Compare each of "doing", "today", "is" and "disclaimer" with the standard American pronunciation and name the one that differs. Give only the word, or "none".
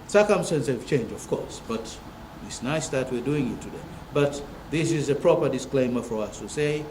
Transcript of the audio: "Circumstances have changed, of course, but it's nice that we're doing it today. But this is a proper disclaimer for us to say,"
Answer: none